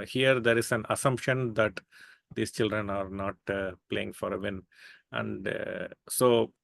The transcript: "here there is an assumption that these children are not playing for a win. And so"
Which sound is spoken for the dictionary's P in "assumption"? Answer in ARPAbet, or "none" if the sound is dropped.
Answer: P